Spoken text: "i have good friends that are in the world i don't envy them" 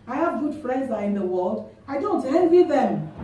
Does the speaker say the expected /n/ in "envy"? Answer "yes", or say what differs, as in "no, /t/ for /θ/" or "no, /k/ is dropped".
no, /l/ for /n/